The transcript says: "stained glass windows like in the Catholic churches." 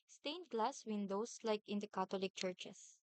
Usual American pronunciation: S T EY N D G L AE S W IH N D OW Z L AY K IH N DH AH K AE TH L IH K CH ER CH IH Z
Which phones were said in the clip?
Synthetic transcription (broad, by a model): S T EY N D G L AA S W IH N D OW S L AY K IH N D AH K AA T L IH K CH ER CH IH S